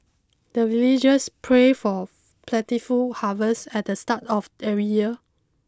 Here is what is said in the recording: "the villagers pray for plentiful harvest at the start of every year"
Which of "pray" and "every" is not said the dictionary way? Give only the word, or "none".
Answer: every